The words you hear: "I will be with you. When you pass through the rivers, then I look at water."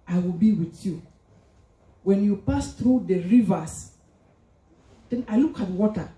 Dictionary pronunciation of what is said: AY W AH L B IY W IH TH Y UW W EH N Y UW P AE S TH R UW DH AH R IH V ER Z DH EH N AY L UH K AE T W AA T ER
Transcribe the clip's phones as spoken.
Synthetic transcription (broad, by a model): AY W AH L B IY W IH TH Y UW W EH N Y UW P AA S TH R UW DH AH R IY V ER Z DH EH N AY L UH K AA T W AA T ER